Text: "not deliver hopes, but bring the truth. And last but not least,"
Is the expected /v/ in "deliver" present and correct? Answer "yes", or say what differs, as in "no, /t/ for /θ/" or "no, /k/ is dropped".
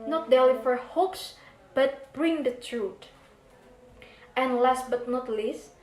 no, /f/ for /v/